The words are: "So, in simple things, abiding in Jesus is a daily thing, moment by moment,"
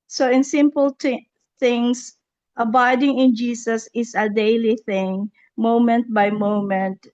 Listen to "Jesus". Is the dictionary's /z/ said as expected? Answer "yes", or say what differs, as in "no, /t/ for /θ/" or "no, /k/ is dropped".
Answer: no, /s/ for /z/